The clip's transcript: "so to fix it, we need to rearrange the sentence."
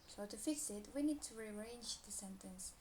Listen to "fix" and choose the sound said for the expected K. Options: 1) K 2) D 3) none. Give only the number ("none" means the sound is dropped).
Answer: 3